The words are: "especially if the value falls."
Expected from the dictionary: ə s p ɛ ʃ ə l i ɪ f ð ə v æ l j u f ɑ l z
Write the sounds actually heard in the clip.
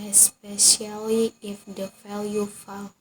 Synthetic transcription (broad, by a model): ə s p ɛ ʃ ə l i ɪ f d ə f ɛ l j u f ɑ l